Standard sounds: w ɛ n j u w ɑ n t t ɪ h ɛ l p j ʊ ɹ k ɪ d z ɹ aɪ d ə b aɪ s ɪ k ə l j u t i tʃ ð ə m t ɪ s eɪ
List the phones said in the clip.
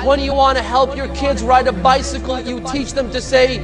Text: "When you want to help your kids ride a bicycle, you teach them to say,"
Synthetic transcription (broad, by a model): w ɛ n j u w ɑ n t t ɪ h ɛ l p j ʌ ɹ k ɪ d z ɹ aɪ d ə b aɪ s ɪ k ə l j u t i tʃ ð ə m t ɪ s eɪ